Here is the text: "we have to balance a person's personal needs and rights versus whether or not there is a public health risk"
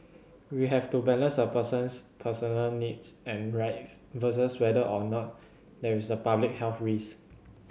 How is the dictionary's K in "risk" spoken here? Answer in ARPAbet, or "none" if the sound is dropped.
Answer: none